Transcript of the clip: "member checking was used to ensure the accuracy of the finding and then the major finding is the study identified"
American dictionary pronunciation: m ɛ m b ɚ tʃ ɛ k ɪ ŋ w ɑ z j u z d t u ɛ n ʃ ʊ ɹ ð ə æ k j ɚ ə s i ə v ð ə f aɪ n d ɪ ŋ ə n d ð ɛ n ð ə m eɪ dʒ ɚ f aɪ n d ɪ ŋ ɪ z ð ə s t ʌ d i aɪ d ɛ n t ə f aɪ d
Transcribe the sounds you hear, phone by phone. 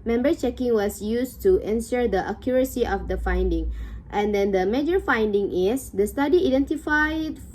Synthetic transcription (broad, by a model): m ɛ m b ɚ tʃ ɛ k ɪ ŋ w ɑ s j u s t u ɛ n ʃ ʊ ɹ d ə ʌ k j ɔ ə s i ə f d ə f aɪ n d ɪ ŋ ə n d ɛ n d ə m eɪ dʒ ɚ f aɪ n d ɪ ŋ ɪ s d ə s t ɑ d i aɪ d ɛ n t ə f aɪ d